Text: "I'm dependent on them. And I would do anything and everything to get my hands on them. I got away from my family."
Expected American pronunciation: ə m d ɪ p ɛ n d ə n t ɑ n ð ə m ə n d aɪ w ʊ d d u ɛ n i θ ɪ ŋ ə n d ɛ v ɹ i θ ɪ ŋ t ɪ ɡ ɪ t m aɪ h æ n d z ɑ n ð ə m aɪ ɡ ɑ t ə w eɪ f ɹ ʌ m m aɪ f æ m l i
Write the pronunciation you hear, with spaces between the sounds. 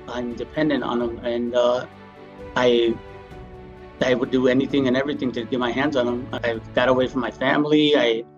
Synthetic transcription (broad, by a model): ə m d ɪ p ɛ n d ə n t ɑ n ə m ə n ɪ aɪ w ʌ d d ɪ ɛ n i θ ɪ ŋ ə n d ɛ v ɹ i θ ɪ ŋ t ɪ ɡ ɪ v m aɪ h æ n d z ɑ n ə m aɪ ɡ ɑ t ə w eɪ f ɹ ʌ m m aɪ f æ m l i